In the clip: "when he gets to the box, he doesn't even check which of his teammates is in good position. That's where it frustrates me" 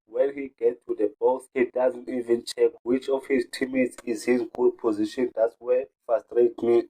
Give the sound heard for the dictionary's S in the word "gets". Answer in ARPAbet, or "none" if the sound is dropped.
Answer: none